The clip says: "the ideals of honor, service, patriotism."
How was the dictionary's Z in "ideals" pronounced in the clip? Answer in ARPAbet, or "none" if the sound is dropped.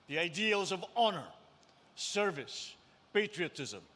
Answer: Z